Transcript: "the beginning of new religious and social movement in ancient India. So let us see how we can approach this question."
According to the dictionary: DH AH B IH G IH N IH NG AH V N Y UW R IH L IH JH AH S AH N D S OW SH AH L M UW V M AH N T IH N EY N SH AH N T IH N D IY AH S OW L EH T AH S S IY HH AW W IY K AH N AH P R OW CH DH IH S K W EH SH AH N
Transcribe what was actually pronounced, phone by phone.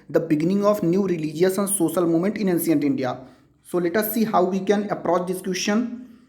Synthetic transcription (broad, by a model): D AH B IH G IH N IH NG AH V N Y UW R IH L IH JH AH S AH N D S OW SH AH L M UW M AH N T IH N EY N S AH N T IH N D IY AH S OW L EH T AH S S IY HH AW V IY K AH N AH P R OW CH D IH S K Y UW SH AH N